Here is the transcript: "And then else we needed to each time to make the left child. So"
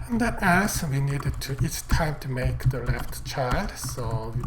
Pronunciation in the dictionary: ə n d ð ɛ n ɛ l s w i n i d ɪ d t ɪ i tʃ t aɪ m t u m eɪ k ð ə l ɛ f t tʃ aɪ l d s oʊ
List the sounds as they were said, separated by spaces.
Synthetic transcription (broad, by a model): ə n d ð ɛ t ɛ s w i n i d ɪ d t ɪ i tʃ t aɪ m t u m eɪ k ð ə l ɛ f t tʃ aɪ l d s oʊ